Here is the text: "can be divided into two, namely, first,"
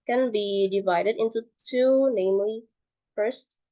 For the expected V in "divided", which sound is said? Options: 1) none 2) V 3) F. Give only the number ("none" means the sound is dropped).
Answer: 2